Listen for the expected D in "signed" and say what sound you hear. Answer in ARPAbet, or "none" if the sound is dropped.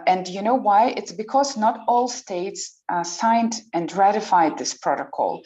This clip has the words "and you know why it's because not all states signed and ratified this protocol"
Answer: D